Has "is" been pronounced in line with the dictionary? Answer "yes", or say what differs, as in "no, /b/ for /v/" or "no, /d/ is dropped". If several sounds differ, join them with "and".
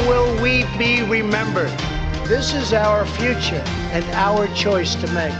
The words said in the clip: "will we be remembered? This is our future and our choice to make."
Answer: yes